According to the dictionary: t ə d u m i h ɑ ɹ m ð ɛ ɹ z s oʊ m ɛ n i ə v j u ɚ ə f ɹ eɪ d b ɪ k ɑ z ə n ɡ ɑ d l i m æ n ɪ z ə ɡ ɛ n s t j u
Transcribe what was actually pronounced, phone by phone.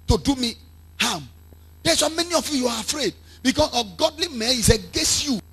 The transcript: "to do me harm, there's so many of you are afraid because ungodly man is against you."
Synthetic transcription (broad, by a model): t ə d u m i h ɑ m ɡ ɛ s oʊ m ɛ n i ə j j u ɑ ə f ɹ eɪ d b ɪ k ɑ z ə ɡ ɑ d l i m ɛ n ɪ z ə ɡ ɛ n s t j u